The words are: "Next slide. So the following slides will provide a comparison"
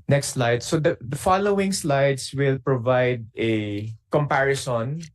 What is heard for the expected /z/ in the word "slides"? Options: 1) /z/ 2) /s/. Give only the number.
2